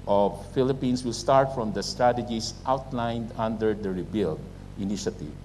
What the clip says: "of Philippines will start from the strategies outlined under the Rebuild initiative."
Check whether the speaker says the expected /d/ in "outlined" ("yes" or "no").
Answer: yes